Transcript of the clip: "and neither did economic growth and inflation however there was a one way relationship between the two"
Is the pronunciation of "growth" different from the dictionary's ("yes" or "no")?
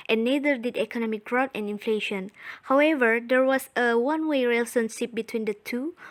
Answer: yes